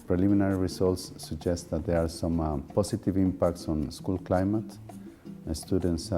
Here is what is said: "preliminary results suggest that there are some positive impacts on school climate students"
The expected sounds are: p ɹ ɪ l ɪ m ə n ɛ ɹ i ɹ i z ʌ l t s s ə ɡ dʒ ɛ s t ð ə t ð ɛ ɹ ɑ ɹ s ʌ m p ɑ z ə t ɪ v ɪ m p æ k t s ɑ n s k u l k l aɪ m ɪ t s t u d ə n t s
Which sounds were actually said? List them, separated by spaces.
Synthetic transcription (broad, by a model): p ɹ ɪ l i m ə n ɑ ɹ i ɹ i s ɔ l t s s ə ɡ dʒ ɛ s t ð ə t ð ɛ ɹ ɑ ɹ s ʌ m p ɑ s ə t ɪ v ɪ m p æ k t s ɑ n s k u l k l aɪ m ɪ t s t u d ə n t s